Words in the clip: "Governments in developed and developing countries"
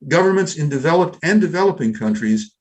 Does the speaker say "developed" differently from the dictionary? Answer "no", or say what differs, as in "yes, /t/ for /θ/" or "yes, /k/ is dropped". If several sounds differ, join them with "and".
no